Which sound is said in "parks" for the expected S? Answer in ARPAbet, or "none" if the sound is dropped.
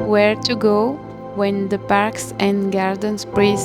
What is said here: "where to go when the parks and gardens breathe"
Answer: S